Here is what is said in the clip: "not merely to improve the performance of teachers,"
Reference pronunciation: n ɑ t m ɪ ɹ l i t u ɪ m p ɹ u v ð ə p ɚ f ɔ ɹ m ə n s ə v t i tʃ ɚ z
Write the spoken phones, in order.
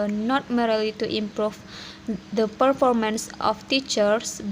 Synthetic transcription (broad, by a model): n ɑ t m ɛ ɹ l i t u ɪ m p ɹ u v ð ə p ɚ f ɔ ɹ m ə n s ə f t i tʃ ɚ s